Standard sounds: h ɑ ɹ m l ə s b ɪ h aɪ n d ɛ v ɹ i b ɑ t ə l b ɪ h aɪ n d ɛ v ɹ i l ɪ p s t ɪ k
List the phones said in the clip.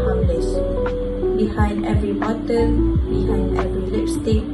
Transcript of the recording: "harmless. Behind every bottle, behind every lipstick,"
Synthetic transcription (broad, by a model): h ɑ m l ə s b ɪ h aɪ n d ɛ v ɹ i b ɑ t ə n b ɪ h aɪ n d ɛ v ɹ i l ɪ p s t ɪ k